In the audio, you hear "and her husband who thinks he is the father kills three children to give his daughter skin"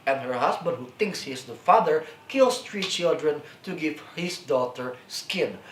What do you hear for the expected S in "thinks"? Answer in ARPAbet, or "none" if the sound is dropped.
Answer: S